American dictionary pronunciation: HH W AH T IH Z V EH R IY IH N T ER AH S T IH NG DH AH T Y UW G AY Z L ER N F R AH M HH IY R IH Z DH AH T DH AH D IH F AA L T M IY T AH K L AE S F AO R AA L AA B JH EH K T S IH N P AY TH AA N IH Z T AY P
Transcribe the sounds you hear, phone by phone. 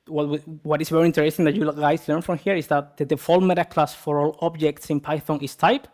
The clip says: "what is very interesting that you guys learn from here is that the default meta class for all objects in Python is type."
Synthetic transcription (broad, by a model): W W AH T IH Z V EH R IY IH N T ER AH S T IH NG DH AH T Y UW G AY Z L ER N F R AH M HH IY R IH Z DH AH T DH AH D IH F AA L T M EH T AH K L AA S F AO R AA L AA B JH EH K T S IH N P AY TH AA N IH S T AY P